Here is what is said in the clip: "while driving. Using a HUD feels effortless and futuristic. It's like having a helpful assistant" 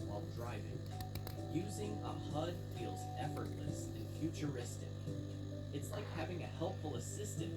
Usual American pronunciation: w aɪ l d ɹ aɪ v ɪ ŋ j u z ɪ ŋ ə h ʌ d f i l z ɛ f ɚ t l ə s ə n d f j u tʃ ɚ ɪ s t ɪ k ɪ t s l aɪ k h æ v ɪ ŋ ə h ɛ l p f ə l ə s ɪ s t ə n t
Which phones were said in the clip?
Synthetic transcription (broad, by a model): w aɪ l d ɹ aɪ v ɪ ŋ j u z ɪ ŋ ə h ʌ d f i l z ɛ f ɚ t l ə s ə n f j u tʃ ɚ ɪ s t ɪ k ɪ t s l aɪ k h æ v ɪ ŋ ə h ɛ l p f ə l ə s ɪ s t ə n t